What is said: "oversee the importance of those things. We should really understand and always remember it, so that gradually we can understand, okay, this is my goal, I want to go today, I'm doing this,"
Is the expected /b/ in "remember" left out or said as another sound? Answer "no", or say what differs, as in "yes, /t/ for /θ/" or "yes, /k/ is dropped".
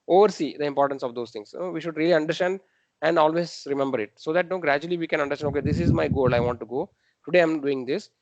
no